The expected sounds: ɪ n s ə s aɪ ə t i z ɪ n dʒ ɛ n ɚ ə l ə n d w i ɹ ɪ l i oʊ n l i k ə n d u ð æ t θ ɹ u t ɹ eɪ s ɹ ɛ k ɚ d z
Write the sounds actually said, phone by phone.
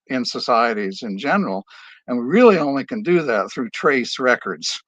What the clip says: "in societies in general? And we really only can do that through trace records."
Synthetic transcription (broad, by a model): ɪ n s ə s aɪ ə t i z ɪ n dʒ ɛ n ɚ l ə n w i ɹ ɪ l i oʊ n l i k ə n d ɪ ð æ t θ ɹ u t ɹ eɪ s ɹ ɛ k ɚ d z